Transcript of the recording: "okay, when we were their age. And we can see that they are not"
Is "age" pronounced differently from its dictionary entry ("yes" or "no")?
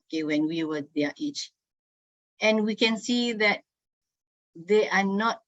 yes